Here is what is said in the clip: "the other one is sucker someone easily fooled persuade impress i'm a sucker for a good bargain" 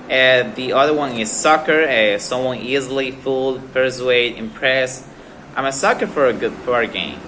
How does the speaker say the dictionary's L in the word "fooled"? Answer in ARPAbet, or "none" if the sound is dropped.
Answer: L